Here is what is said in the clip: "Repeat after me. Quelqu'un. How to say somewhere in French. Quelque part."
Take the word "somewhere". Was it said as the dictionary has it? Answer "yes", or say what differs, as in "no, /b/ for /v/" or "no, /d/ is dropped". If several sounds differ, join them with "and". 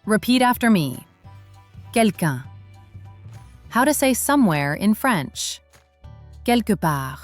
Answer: yes